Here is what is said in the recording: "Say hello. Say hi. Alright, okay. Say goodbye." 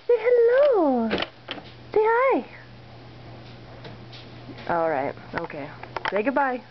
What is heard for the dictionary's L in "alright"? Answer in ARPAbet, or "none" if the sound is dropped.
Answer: L